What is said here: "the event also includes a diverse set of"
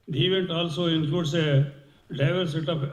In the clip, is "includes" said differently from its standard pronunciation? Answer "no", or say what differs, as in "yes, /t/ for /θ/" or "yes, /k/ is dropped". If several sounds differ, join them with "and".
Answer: yes, /l/ is dropped